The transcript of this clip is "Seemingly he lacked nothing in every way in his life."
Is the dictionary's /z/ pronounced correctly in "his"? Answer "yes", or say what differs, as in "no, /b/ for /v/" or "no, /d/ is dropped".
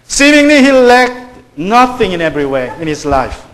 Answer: no, /s/ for /z/